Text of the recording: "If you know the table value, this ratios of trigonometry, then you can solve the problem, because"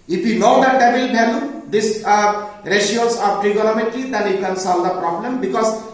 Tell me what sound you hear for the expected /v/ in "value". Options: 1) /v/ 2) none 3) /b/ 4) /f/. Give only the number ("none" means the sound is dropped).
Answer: 3